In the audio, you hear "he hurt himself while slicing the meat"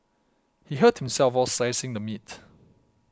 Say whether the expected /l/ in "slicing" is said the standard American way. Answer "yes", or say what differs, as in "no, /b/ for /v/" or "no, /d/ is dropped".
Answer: no, /l/ is dropped